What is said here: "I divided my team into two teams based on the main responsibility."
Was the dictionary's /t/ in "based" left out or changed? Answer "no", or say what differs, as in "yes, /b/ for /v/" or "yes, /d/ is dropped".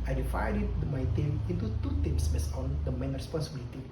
yes, /t/ is dropped